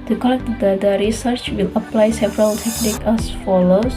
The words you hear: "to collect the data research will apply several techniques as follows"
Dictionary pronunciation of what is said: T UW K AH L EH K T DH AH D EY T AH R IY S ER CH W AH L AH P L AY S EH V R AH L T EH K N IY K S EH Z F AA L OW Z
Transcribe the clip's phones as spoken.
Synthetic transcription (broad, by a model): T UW K AH L EH K T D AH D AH R IY S ER CH W AH L AH P L AY S EH V R AH L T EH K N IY K EH S F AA L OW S